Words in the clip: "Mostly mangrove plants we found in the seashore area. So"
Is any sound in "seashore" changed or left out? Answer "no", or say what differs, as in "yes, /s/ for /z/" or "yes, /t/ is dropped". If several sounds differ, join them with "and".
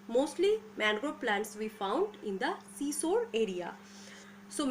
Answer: yes, /s/ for /ʃ/